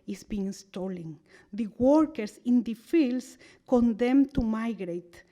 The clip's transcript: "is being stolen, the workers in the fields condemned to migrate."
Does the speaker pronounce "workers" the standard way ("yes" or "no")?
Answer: no